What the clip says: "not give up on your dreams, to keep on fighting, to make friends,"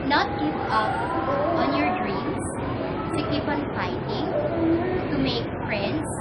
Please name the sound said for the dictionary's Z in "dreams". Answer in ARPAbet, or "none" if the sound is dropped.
S